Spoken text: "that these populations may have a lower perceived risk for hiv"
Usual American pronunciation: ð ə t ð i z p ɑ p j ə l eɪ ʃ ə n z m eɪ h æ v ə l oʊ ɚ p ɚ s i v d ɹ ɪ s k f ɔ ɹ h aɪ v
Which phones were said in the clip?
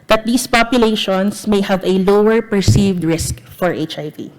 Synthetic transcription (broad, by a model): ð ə t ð i s p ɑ p j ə l eɪ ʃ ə n s m eɪ h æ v ə l oʊ ɚ p ɚ s i v d ɹ ɪ s k f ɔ ɹ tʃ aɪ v